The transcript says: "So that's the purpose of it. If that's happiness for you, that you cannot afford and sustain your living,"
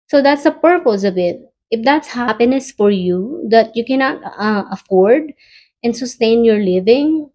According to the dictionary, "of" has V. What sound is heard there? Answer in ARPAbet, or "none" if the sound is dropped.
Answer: B